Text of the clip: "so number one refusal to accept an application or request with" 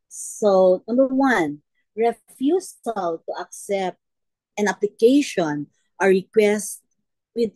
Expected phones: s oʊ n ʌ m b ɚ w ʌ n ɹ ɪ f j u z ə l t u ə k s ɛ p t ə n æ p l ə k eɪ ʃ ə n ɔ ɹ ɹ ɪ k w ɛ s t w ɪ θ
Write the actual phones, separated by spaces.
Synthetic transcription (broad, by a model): s oʊ n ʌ m b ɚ w ʌ n ɹ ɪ f j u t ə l t u ə k s ɛ p t ə n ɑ p l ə k eɪ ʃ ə n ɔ ɹ ɹ ɪ k w ɛ s t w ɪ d